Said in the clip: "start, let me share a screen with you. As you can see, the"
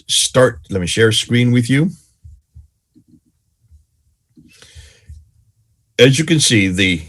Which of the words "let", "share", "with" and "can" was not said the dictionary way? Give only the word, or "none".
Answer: none